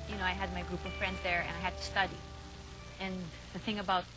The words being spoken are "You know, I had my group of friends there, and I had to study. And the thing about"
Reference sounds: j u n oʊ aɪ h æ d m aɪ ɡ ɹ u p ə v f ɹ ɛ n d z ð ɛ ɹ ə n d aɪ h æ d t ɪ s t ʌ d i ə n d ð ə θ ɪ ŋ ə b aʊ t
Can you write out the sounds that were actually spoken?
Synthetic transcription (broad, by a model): j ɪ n oʊ aɪ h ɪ d m aɪ ɡ ɹ u p ə v f ɹ ɛ n d z ð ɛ ɹ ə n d aɪ h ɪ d t ɪ s t ʌ d i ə n ð ə θ ɪ ŋ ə b aʊ t